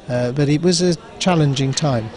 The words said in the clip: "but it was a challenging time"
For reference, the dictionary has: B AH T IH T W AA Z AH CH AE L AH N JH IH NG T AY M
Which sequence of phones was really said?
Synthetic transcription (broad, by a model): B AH T IH T W AA Z AH CH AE L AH N JH IH NG T AY M